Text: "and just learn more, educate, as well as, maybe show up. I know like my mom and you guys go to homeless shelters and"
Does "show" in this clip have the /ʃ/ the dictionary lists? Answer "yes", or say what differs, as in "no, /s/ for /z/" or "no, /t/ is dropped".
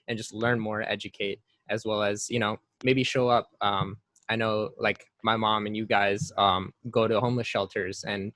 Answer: yes